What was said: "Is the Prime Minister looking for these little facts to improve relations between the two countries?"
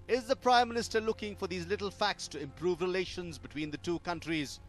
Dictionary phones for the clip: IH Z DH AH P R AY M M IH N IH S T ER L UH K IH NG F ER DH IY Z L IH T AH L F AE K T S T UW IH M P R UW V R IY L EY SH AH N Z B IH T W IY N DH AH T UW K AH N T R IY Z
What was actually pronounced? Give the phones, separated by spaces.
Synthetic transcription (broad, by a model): IH Z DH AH P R AY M M IH N IH S T ER L UH K IH NG F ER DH IY Z L IH T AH L F AE K T S T UW IH M P R UW V R IY L EY SH AH N Z B IH T W IY N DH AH T UW K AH N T R IY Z